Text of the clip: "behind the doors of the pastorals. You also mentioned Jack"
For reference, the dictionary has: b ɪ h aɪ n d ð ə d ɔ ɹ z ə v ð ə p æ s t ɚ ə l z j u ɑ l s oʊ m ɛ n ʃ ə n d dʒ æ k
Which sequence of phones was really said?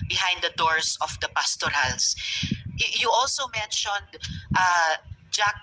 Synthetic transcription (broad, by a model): b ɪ h aɪ n d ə d ɔ ɹ s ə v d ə p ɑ s t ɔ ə l s j u ɑ l s oʊ m ɛ n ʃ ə n d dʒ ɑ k